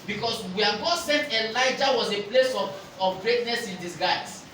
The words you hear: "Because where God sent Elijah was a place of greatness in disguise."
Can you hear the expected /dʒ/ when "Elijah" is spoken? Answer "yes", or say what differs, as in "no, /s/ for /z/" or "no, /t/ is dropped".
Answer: yes